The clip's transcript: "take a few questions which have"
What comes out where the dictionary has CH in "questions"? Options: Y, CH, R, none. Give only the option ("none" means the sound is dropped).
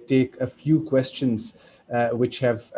CH